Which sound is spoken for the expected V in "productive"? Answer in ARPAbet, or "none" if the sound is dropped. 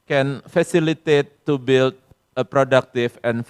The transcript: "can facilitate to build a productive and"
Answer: F